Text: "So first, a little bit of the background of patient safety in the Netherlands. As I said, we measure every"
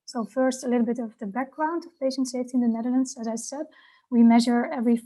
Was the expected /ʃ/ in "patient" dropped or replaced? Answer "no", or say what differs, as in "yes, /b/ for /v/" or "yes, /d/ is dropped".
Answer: no